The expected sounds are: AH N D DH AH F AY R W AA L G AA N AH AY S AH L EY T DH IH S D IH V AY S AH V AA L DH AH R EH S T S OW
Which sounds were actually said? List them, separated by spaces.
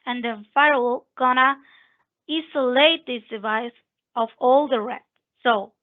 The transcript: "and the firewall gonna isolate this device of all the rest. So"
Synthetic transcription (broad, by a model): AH N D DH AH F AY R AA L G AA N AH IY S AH L EY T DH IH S D IH V AY S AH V AA L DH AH R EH T S OW